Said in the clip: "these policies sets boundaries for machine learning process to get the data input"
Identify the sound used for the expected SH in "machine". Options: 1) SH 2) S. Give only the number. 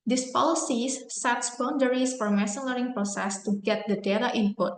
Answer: 2